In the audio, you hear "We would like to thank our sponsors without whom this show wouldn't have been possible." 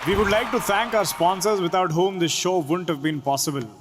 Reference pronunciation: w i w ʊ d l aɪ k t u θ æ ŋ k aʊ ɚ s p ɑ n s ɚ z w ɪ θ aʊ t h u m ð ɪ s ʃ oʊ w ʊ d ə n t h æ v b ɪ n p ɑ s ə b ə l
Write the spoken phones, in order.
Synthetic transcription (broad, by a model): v i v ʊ d l aɪ k t u t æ ŋ k aʊ ɚ s p ɑ n s ɚ z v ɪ t aʊ t h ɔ m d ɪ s ʃ oʊ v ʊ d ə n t h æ v b ɪ n p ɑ s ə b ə l